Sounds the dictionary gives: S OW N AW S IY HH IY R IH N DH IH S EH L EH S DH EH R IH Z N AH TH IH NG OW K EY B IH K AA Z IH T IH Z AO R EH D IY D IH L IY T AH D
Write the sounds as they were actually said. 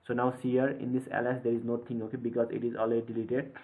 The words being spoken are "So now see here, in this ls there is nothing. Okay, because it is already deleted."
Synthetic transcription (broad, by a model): S OW N AW S IY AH R IH N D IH S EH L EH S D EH R IH Z N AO T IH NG OW K EY B IH K AA Z IH T IH Z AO L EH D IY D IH L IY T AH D